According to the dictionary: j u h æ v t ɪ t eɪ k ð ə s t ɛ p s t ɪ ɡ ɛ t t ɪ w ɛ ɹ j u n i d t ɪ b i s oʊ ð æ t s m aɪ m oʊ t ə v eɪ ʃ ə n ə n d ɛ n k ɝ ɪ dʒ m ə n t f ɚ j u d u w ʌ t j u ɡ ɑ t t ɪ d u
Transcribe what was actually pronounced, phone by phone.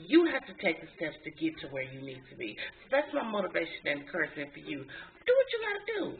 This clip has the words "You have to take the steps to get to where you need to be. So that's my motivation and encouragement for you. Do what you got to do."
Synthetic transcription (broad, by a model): j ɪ h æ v t ɪ t eɪ k ð ə s t ɛ p s t ɪ ɡ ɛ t t ɪ w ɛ ɹ j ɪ n i d t ɪ b i s oʊ ð æ t s m aɪ m oʊ t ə v eɪ ə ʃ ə n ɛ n k ɝ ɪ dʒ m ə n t f ɚ j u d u w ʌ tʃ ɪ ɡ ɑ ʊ t ɪ d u